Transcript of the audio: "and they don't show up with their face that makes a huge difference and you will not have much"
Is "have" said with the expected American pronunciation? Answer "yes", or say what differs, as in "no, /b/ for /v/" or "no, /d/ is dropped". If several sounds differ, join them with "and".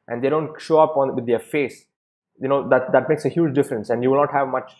yes